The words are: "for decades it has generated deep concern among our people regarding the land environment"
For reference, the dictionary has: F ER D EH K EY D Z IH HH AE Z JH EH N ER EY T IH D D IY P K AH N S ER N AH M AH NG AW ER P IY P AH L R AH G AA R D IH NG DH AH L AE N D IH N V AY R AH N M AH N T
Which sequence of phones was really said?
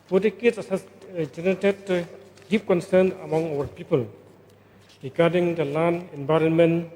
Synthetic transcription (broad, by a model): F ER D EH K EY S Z IH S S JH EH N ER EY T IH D D IY P K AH N S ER N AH M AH NG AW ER P IY P AH L R AH G AA R D IH NG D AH L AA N IH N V AY R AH N M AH N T